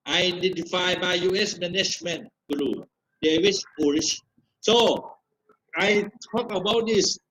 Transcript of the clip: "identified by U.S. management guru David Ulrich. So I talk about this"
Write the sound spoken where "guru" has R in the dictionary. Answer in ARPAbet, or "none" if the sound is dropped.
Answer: L